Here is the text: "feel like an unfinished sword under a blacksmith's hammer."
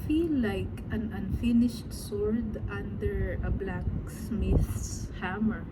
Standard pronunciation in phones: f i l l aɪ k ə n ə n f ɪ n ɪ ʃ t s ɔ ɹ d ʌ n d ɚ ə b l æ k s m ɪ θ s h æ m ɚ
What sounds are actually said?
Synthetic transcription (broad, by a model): f i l l aɪ k ə n ə n f ɪ n ɪ ʃ t s ɔ ɹ d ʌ n d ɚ ə b l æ k s m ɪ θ s h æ m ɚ